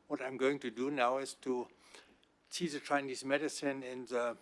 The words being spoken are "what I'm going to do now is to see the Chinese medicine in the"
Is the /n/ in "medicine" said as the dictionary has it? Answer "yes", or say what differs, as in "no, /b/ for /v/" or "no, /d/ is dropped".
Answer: yes